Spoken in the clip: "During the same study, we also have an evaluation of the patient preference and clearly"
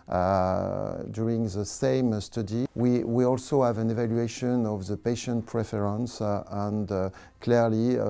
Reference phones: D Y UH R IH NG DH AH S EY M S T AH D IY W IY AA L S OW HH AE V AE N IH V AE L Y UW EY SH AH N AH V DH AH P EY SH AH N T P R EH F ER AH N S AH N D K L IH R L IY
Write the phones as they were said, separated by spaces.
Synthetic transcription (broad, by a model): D Y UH R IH NG DH AH S EY M S T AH D IY W IY AA L S OW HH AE V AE N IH V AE L Y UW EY SH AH N AH V DH AH P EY SH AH N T P R EH F ER AH N S AH N D K L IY R L IY